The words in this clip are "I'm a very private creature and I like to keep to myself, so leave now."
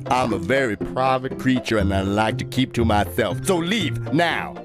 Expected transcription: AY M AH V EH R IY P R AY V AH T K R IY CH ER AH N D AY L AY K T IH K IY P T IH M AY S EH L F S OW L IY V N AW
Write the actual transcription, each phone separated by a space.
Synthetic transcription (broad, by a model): AY M AH V EH R IY P R AY V AH T K R IY CH ER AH N AY L AY K T IH K IY P T IH M AY S EH L F S OW L IY V N AW